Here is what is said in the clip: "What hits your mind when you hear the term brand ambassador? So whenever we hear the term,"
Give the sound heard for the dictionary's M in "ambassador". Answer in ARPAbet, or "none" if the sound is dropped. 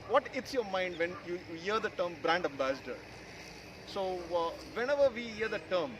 M